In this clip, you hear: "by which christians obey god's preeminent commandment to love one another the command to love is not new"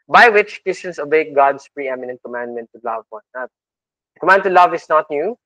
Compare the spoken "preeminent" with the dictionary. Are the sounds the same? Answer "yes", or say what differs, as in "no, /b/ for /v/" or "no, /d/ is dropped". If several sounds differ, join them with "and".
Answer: yes